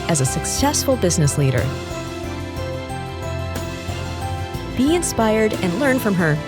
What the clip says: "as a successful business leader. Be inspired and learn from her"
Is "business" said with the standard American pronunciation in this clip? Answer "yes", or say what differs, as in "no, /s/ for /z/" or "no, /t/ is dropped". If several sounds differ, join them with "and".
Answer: yes